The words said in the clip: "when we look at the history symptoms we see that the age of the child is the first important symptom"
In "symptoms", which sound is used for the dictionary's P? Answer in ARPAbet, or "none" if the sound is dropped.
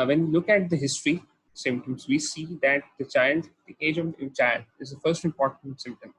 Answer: none